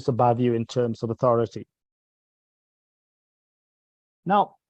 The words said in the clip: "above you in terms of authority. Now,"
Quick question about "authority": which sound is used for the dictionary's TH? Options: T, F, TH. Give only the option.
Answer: TH